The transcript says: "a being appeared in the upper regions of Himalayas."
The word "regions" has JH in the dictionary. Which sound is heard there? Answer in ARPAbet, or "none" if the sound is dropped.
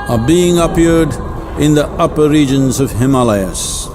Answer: JH